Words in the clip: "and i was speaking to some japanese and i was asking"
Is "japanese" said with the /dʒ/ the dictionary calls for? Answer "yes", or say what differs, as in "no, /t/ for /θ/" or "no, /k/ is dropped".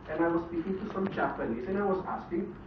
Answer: no, /tʃ/ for /dʒ/